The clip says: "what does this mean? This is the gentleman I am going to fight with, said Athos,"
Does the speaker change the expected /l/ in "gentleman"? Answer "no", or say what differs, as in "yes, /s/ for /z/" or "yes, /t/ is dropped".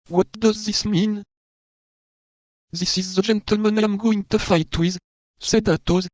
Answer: no